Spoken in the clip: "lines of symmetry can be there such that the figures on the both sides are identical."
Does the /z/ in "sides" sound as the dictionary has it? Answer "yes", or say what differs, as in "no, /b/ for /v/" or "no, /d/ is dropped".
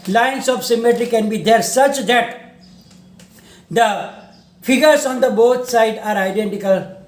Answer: no, /z/ is dropped